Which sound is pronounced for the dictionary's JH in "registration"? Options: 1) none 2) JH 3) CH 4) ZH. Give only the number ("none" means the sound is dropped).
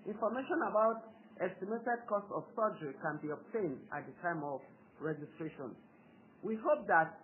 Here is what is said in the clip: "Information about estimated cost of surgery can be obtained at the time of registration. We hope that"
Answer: 2